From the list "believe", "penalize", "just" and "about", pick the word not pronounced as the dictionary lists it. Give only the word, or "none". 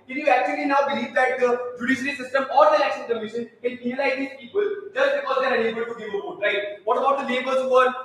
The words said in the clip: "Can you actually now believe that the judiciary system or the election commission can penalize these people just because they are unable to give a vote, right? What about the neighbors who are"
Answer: penalize